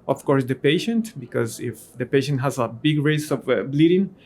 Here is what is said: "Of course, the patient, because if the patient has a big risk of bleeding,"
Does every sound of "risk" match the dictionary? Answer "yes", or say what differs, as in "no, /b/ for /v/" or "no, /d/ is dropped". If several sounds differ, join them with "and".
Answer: no, /k/ is dropped